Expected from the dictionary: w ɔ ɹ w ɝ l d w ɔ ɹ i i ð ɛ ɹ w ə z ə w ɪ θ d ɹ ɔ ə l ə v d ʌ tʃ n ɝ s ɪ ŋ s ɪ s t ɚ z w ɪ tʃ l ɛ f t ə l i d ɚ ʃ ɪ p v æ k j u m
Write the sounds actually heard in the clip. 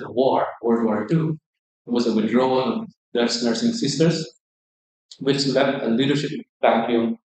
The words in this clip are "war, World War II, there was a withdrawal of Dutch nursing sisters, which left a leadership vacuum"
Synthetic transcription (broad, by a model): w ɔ ɹ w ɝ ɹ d w ɔ ɹ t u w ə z ə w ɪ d ɹ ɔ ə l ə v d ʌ s n ɝ s ɪ ŋ s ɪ s t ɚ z w ɪ tʃ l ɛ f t ə l i d ɚ ʃ ɪ p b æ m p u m